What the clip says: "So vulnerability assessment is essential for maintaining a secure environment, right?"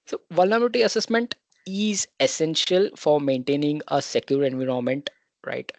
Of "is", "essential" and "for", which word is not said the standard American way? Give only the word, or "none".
none